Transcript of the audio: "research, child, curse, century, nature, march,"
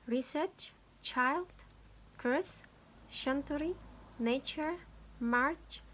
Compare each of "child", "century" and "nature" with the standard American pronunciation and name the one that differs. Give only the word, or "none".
century